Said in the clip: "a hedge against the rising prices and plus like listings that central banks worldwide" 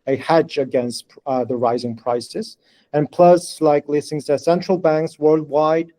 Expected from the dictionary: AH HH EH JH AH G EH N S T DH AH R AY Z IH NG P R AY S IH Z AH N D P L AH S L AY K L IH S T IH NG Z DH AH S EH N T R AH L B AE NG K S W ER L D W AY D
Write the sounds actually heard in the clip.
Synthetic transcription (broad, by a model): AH HH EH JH AH G EH N S T DH AH R AY Z IH NG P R AY S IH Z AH N P L AH S L AY K L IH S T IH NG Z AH S EH N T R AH L B AE NG K S W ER L D W AY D